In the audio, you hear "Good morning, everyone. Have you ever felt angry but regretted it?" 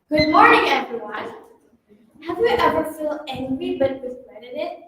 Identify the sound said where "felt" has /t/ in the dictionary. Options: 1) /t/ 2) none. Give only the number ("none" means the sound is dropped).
2